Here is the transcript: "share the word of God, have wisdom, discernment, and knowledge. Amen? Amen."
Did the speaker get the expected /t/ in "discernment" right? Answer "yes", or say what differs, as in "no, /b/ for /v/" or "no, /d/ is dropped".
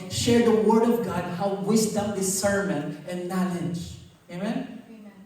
no, /t/ is dropped